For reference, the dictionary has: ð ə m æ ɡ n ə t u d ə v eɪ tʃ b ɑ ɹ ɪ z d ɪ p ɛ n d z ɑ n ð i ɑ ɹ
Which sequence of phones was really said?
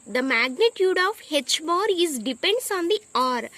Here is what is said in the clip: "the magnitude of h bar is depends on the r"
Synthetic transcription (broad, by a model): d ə m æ ɡ n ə t u d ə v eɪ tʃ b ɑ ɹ ɪ z d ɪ p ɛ n d s ɑ n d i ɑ ɹ